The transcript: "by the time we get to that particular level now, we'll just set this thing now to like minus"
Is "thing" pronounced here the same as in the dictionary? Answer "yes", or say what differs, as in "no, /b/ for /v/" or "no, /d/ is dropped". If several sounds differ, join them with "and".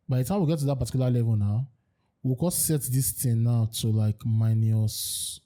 no, /t/ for /θ/